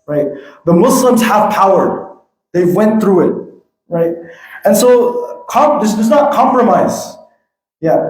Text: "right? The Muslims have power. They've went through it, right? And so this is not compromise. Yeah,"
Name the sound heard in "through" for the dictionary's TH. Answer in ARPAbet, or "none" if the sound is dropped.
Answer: TH